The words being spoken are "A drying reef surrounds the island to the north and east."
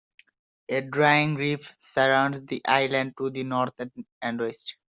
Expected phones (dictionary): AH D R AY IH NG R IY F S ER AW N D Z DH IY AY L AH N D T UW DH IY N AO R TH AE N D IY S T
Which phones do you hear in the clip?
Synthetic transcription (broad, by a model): AH D R AY IH NG R IY F S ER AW N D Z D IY AY L AH N D T UW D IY N AO R T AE N D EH S T